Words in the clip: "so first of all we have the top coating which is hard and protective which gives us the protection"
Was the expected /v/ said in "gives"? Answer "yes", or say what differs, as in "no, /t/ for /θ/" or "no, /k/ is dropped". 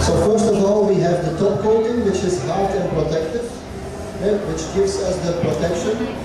yes